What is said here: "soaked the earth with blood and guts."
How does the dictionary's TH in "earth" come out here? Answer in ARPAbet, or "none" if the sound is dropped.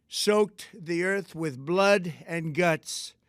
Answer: TH